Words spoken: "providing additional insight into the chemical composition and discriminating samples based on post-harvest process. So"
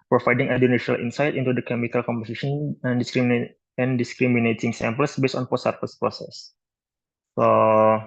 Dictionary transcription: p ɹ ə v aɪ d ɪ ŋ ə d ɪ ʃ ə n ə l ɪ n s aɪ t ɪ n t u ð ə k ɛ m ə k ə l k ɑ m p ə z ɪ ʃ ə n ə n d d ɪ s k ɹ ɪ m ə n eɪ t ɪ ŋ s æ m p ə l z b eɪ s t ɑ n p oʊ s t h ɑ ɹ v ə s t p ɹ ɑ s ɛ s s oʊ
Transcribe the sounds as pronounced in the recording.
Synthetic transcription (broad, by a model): p ɹ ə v aɪ d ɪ ŋ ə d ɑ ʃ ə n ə l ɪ n s aɪ t ɪ n t u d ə k ɛ m ə k ə l k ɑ m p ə s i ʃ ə n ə n d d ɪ s k ɹ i m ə n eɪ t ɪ ŋ s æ m p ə l s b eɪ s t ɑ n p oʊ s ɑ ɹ f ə s p ɹ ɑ s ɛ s s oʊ